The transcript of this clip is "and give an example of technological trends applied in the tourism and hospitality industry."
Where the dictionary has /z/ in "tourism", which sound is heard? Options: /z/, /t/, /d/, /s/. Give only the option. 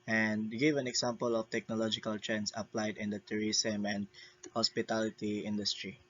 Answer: /s/